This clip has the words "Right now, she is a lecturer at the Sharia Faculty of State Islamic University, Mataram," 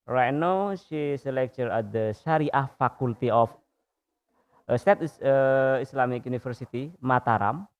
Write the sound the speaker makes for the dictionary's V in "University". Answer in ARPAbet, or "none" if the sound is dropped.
F